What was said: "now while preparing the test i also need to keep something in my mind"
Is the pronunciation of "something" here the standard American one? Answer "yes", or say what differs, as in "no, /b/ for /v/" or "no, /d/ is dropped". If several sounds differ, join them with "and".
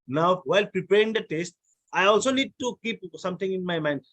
no, /t/ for /θ/